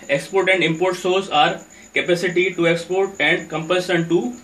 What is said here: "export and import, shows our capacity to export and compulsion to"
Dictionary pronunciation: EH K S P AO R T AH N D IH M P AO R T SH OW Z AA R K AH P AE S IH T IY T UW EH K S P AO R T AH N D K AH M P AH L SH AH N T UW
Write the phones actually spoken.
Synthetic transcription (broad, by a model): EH K S P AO R T AH N D IH M P AO R T S OW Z AA R K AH P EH S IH T IY T UW EH K S P AO R T AH N D K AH M P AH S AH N T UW